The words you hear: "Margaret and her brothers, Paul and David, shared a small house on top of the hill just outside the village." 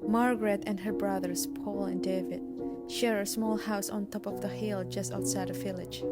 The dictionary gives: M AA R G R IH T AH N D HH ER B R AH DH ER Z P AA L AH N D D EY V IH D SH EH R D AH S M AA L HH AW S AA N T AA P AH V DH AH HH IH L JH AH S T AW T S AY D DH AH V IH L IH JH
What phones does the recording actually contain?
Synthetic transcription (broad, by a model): M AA R G R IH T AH N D HH ER B R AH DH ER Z P AA L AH N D D EY V IH D SH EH R AH S M AA L HH AW S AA N T AA P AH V DH AH HH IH L JH AH S T AW T S AY D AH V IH L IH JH